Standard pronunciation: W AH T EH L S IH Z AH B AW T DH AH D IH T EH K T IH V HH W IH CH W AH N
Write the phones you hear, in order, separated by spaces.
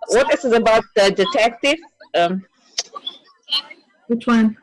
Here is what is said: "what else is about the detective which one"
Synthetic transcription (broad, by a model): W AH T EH S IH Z AH B AW T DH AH D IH T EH K T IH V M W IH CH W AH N